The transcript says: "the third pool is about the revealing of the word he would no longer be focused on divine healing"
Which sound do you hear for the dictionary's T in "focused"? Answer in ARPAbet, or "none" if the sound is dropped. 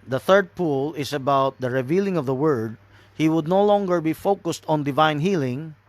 T